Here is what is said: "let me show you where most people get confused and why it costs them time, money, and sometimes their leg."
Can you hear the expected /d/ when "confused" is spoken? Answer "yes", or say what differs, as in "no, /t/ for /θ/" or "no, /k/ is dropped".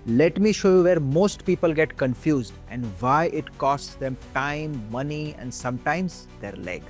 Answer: yes